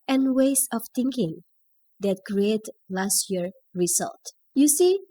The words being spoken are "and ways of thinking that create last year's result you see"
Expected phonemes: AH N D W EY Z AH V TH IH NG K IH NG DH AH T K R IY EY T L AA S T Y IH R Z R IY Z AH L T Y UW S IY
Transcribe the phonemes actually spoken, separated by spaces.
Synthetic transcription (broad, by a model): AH N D W EY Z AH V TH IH NG K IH NG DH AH T K R IY EY T L AA S T Y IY R R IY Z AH L T Y UW S IY